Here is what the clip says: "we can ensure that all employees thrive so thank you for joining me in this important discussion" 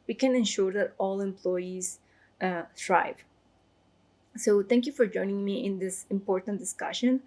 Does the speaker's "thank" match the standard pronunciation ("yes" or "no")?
no